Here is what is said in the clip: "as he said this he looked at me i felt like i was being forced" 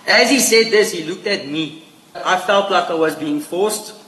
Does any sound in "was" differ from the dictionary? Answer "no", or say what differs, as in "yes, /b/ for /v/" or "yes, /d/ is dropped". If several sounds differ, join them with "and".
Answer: no